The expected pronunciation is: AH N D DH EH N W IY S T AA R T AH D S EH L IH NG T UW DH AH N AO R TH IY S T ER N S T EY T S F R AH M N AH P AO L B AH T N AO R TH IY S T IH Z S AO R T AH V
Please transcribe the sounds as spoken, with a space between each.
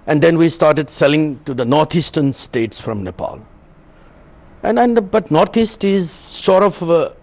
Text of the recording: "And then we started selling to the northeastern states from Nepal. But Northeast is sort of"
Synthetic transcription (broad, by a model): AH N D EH N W IY S T AA R T AH D S EH L IH NG T UW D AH N AO R T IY S T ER N S T EY T S F R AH M N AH P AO L B AH T N AO R T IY S T IH Z SH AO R T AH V